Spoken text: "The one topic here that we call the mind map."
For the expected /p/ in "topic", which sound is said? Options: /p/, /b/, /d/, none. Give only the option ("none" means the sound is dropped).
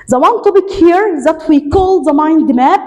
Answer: /b/